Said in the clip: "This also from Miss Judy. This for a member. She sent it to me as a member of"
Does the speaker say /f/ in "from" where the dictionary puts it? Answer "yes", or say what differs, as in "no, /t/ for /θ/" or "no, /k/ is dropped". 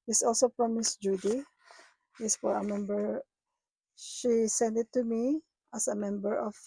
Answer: no, /p/ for /f/